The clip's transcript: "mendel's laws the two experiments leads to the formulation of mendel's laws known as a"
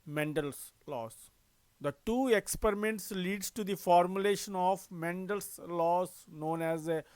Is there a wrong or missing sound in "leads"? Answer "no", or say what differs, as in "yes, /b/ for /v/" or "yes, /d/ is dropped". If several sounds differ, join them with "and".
yes, /z/ is dropped